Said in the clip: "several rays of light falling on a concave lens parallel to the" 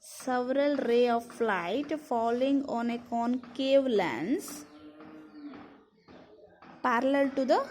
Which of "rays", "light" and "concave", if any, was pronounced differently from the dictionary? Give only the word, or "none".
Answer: rays